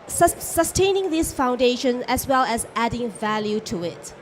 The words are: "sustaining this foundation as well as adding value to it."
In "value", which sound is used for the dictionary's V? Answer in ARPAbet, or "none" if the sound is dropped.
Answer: V